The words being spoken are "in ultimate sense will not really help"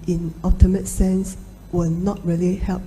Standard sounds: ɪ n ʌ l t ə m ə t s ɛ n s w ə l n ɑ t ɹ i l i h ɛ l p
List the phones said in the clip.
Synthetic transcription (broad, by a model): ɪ n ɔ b t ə m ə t s ɛ n s w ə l n ɑ t ɹ i l i h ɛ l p